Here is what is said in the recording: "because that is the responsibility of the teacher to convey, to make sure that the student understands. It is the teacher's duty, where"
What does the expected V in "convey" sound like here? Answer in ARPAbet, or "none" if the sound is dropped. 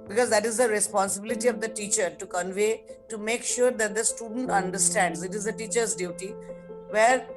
V